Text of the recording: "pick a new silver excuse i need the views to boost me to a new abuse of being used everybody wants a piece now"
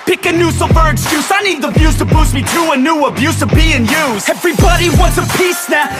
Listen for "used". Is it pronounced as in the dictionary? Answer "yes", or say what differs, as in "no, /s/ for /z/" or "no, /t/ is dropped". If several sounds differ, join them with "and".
no, /d/ is dropped